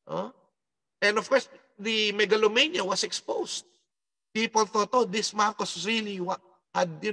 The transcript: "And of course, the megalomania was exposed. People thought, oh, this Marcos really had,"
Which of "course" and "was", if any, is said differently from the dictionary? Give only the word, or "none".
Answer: was